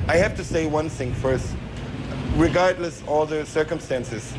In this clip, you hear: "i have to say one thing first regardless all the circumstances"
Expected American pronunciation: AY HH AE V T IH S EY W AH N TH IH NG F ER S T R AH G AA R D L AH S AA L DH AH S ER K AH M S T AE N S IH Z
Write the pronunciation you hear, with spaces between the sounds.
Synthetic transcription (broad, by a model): AY HH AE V T IH S EY W AH N TH IH NG F ER S T R AH G AA R D L AH S AA L DH AH S ER K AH M S T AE N S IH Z